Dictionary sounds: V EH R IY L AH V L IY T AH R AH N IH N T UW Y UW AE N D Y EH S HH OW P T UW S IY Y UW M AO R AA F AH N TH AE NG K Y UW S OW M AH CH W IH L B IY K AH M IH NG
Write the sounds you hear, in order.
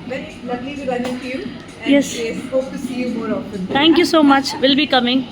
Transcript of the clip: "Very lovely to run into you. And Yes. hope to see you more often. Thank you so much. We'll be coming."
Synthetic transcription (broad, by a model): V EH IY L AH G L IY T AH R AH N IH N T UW Y UW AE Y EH S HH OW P T UW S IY Y UW M AO R AA F AH N T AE NG K Y UW S OW M AH CH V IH L B IY K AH M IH NG